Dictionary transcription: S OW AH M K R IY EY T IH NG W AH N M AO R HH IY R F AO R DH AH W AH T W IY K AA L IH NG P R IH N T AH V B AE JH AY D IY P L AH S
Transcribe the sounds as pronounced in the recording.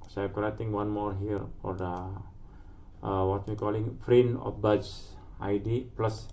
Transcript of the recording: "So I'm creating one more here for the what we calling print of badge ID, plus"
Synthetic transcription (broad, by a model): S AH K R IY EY T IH NG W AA N M AO R HH IY R F AO R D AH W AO T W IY K AA L IH NG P R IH N AH F B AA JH AY D IY P L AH S